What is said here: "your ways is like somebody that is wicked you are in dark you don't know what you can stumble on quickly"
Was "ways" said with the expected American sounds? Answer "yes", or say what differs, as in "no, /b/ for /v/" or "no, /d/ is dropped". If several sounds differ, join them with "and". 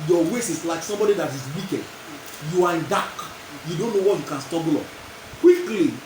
no, /s/ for /z/